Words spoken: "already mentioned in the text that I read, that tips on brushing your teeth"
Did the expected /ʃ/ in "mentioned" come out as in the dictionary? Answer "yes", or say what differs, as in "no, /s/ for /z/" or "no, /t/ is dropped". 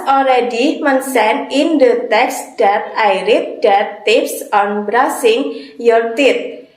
no, /s/ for /ʃ/